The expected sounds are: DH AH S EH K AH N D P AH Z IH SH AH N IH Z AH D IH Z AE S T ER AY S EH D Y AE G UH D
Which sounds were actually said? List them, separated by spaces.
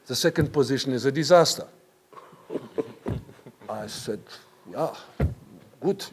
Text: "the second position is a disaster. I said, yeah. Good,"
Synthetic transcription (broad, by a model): DH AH S EH K AH N D P AH Z IH SH AH N IH Z AH D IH Z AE S T ER AY S EH D Y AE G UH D